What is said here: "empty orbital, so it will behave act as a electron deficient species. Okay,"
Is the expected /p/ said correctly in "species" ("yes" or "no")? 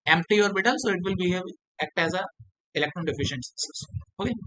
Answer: no